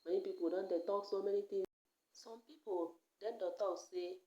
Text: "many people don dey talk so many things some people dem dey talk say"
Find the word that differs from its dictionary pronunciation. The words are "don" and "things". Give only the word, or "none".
things